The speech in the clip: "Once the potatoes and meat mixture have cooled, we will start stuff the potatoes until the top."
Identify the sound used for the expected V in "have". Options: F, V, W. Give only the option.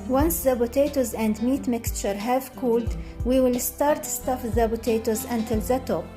V